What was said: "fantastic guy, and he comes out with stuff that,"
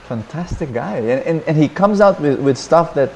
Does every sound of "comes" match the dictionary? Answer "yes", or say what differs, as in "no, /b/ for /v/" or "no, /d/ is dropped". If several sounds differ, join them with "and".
yes